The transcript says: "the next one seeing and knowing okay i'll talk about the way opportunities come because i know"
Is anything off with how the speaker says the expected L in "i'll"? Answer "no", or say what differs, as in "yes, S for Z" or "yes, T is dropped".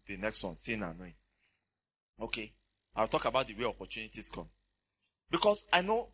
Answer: yes, W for L